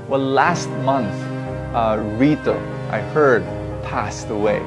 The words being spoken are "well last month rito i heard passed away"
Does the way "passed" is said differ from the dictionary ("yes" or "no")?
no